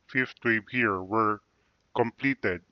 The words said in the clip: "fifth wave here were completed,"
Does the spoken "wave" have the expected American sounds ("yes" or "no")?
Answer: no